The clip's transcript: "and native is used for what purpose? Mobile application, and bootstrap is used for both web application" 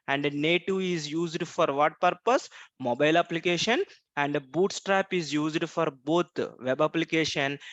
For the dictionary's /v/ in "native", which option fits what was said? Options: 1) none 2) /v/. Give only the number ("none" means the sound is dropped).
1